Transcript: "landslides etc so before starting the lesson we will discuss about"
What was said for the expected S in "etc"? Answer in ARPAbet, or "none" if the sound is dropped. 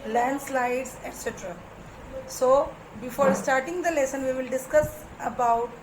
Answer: S